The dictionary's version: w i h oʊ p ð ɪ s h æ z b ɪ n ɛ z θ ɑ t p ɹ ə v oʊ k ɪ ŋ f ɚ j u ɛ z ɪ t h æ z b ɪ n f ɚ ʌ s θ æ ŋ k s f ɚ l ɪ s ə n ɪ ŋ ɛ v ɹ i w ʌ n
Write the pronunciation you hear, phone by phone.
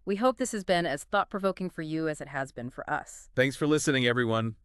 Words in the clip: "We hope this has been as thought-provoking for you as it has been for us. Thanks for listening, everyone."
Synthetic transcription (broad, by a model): w i h oʊ p ð ɪ s h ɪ z b ɪ n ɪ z θ ɑ t p ɹ ə v oʊ k ɪ ŋ f ɚ j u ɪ z ɪ t h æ z b ɪ n f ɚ ʌ s θ æ ŋ k s f ɚ l ɪ s ə n ɪ ŋ ɛ v ɹ i w ʌ n